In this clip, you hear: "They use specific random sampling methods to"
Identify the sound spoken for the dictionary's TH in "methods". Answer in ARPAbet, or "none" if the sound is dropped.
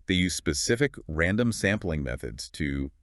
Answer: TH